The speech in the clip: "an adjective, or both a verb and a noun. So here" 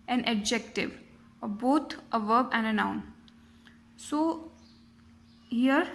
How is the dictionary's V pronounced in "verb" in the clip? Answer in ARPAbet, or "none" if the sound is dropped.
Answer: V